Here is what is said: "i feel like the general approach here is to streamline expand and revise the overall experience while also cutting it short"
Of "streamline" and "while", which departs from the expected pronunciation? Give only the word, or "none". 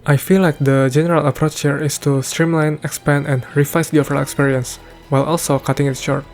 none